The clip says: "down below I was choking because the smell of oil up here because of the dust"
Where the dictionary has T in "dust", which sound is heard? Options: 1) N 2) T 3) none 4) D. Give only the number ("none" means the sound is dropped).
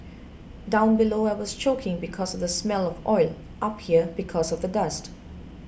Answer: 2